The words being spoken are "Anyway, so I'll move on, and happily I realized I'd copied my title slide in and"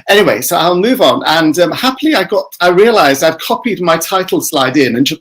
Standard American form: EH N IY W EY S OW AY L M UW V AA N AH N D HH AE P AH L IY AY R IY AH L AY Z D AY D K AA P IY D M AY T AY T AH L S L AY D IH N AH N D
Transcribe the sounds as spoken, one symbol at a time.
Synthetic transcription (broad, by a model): EH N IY W EY S OW AY L M UW V N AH N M HH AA P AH L IY AY R IY AH L AY Z D AY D K AA P IY D M AY T AY T L S L AY D IH N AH N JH